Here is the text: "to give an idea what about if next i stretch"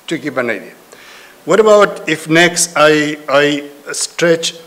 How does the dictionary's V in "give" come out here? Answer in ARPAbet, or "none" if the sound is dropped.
B